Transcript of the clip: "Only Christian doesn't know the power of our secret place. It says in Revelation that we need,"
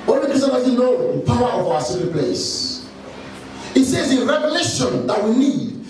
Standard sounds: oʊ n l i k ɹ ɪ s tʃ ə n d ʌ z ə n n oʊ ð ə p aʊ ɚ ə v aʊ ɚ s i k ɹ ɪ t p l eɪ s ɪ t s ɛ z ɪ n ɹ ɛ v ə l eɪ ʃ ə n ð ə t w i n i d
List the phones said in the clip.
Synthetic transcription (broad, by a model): oʊ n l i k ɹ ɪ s ə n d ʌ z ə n n oʊ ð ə p aʊ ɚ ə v aʊ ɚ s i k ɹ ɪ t p l eɪ s ɪ t s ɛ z ɪ n ɹ ɛ v ə l eɪ ʃ ə n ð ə t w i n i d